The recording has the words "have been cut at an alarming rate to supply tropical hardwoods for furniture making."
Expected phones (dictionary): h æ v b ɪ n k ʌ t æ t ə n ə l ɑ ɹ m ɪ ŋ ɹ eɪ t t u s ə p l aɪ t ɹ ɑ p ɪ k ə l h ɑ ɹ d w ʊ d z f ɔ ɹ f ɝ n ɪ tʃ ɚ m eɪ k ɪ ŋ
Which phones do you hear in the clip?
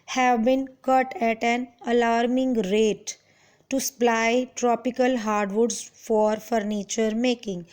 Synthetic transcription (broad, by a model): h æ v b ɪ n k ʌ t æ t ə n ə l ɑ ɹ m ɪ ŋ ɹ eɪ t t u s ə p l aɪ t ɹ ɑ p ɪ k ə l h ɑ ɹ d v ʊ d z f ɔ ɹ f ɝ n ɪ tʃ ɚ m eɪ k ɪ ŋ